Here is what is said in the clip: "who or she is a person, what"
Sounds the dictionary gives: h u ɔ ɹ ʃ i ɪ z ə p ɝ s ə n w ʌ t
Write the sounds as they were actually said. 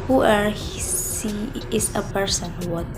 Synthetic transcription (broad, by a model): h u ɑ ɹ s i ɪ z ə p ɝ s ə n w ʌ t